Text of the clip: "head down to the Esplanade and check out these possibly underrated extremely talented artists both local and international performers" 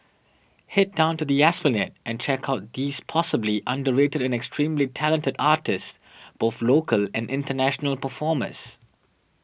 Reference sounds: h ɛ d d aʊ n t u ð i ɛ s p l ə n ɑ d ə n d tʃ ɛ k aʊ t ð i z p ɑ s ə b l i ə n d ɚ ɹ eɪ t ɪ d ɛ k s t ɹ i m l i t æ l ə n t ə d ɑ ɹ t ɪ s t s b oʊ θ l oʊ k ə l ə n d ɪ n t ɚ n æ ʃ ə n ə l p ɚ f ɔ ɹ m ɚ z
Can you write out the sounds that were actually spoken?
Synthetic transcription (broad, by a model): h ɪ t d aʊ n t u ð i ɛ s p ə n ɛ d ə n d tʃ ɛ k aʊ t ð i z p ɑ s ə b l i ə n d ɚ ɹ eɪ t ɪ d ɛ k s t ɹ i m l i t æ l ə n t ə d ɑ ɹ t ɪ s s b oʊ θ l oʊ k ə l ə n d ɪ n t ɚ n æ ʃ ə n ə l p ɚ f ɔ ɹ m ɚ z